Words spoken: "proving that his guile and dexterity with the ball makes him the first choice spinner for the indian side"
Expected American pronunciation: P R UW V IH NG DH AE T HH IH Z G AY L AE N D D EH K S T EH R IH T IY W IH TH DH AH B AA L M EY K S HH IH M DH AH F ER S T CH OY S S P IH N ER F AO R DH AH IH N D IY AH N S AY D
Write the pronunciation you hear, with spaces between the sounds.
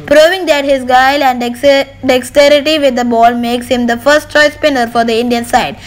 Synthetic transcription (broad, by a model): P R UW V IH NG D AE T HH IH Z G AY L AE N D D EH K S T EH R IH T IY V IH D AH B AA L M EY K S HH IH M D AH F ER S T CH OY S S P IH N ER F AO R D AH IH N D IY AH N S AY D